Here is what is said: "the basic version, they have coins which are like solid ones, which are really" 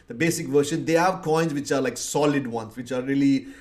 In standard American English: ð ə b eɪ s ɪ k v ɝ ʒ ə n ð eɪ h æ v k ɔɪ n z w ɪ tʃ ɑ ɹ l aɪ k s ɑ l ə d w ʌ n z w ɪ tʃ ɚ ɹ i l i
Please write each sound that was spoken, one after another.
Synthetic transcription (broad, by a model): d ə b eɪ s ɪ k v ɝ ʃ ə n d eɪ h æ v k ɔɪ n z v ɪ tʃ ɑ ɹ l aɪ k s ɑ l ə d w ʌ n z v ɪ tʃ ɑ ɹ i l i